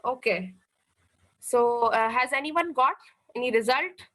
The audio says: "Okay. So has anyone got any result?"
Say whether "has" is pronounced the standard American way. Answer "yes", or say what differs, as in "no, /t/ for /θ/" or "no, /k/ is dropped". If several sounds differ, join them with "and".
yes